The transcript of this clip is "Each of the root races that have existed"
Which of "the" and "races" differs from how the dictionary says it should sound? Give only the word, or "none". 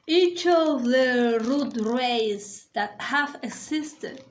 races